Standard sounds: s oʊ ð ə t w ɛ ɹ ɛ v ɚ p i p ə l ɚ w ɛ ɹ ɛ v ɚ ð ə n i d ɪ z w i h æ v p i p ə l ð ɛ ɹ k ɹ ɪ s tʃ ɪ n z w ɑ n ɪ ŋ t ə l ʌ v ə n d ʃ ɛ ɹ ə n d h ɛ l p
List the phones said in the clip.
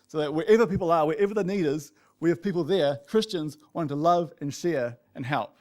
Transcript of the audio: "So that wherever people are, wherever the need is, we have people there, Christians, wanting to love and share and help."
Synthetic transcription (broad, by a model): s oʊ ð ə t w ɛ ɹ ɛ v ɚ p i p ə l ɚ w ɛ ɹ ɛ v ɚ ð ə n i d ɪ z w i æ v p i p l ð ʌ ɹ k ɹ ɪ s tʃ ɪ n z w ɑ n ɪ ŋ t ə l ʌ v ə n ʃ ɛ ɹ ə n h ɛ l p